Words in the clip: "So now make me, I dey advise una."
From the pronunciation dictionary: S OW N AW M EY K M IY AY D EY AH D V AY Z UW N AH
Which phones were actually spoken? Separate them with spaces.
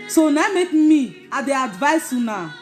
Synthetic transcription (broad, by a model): S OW N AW M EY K M IY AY D EY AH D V AY S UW N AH